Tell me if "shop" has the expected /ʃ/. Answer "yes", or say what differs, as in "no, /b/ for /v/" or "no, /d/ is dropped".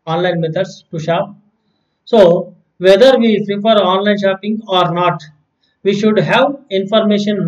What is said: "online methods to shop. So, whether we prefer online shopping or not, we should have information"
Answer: yes